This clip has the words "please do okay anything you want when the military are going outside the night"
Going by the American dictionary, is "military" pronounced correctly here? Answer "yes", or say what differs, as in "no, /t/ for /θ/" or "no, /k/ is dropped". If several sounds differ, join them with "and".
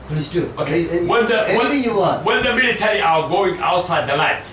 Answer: yes